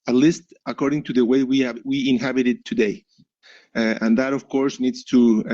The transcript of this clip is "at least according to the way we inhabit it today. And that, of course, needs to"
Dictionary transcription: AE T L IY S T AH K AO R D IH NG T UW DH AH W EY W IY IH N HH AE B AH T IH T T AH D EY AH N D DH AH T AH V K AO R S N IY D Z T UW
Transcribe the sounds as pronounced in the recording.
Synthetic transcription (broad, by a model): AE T L IY S T AH K AO R D IH NG T UW DH AH W EY W IY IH N HH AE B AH T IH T T AH D EY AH N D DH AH T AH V K AO R S N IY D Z T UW